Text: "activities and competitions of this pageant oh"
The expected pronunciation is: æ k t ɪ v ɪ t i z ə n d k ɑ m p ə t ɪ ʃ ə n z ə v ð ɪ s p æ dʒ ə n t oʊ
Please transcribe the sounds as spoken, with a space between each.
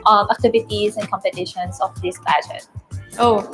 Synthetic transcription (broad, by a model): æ k t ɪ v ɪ t i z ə n k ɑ m p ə t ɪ ʃ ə n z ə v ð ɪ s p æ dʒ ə t oʊ